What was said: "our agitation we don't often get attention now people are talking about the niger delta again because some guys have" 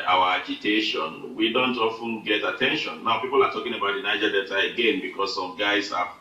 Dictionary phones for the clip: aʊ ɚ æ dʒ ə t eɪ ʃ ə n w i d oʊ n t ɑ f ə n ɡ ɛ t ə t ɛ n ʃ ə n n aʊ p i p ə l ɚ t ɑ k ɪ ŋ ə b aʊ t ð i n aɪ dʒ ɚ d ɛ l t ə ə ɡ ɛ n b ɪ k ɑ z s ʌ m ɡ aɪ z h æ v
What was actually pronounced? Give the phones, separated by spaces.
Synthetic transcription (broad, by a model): aʊ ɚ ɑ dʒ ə t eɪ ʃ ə n w i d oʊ n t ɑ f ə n ɡ ɛ t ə t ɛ n ʃ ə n n aʊ p i p ə l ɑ t ɑ k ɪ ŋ ə b aʊ t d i n aɪ dʒ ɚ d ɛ t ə ə ɡ ɛ n b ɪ k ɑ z s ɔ m ɡ aɪ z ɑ